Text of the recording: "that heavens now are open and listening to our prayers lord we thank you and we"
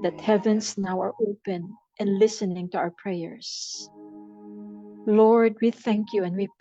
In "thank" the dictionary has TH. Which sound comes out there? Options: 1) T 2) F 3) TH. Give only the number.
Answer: 3